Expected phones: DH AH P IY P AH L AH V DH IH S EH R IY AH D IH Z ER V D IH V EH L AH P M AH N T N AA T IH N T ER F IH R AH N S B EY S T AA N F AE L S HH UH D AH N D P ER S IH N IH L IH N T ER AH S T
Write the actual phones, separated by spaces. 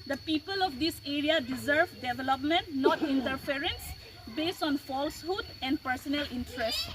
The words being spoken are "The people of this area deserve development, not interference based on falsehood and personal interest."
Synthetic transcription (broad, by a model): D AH P IY P AH L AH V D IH S EH R IY AH D IH Z ER V D IH V EH L AH P M AH N T N AA T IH N T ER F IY R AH N S B EY S T AA N F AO L S HH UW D AH N D P ER S IH N IH L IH N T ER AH S T